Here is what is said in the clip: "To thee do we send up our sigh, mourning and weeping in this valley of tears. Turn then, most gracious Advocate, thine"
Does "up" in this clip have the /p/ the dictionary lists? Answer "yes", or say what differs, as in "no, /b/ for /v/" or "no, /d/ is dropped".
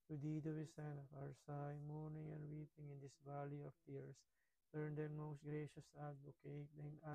no, /f/ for /p/